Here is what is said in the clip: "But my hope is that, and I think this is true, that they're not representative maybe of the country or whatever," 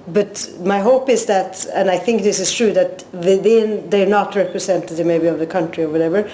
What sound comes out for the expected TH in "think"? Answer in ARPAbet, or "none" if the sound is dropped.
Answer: TH